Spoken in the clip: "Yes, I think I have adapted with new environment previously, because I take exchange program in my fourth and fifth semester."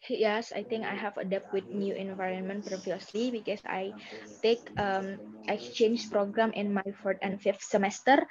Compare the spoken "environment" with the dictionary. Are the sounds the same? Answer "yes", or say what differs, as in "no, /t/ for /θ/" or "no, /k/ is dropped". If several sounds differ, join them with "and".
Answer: yes